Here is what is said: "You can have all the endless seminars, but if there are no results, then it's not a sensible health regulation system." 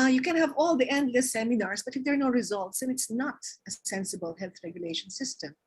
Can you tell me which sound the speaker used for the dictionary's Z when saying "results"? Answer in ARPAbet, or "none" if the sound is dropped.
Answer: Z